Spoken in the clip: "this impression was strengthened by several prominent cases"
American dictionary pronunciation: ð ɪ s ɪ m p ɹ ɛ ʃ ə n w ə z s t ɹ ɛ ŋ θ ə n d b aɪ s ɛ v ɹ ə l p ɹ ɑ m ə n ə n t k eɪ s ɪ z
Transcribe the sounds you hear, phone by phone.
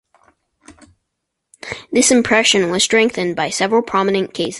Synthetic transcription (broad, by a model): ð ɪ s ɪ m p ɹ ɛ ʃ ə n w ə z s t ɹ ɛ ŋ θ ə n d b aɪ s ɛ v ɹ ə l p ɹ ɑ m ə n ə n k eɪ ɪ s